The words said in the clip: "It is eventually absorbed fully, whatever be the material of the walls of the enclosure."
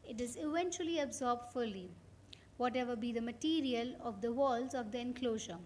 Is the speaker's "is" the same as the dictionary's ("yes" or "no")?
yes